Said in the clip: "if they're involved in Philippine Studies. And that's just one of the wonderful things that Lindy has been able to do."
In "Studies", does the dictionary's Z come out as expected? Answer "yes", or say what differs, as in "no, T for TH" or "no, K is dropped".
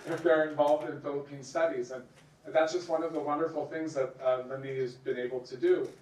yes